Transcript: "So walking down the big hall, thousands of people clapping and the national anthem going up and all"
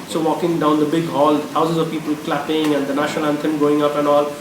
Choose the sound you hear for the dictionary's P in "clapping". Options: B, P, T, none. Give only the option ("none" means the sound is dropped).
P